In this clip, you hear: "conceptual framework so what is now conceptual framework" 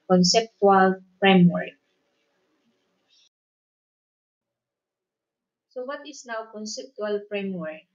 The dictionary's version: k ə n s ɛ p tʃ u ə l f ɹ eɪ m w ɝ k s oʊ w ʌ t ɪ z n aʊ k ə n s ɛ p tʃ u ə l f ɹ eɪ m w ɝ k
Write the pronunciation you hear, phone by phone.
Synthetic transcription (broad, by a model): k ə n s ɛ p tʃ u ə l f ɹ eɪ m w ɝ k s oʊ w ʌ t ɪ s n aʊ k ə n s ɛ p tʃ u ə l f ɹ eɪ m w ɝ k